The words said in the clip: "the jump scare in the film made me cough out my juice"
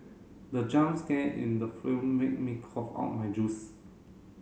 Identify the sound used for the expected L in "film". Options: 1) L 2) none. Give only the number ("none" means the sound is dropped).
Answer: 2